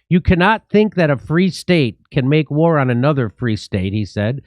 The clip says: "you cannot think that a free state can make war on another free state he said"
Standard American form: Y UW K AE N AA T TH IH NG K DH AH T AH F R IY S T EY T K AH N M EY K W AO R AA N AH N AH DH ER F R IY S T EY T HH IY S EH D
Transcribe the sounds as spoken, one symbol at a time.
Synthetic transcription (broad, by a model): Y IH K AE N AA T TH IH NG K DH AH T AH F R IY S T EY T K AH N M EY K W AO R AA N AH N AH DH ER F R IY S T EY T HH IY S EH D